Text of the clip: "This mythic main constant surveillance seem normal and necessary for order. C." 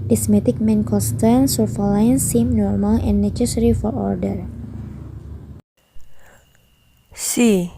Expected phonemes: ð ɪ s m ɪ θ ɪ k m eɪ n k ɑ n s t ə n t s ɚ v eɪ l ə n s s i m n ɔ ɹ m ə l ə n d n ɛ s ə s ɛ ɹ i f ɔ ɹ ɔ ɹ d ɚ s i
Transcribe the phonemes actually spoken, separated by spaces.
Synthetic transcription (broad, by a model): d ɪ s m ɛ t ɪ k m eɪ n k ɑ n s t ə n s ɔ f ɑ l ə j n s i m n ɔ ɹ m ə l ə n n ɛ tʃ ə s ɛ ɹ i f ɔ ɹ ɔ ɹ d ɚ s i